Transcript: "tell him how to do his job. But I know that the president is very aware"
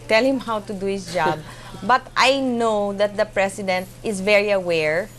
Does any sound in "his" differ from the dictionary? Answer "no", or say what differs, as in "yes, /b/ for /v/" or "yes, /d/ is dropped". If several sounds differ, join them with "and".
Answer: yes, /s/ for /z/